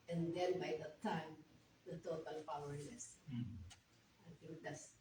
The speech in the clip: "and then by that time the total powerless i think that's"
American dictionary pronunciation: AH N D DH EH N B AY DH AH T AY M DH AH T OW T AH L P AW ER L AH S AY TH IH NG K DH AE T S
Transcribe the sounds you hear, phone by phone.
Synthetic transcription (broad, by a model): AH N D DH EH N B AY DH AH T AY M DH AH T OW T AH L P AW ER N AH S AY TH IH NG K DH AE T S